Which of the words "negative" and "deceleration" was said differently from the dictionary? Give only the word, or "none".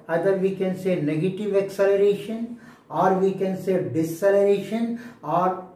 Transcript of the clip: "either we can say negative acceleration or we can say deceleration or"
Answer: none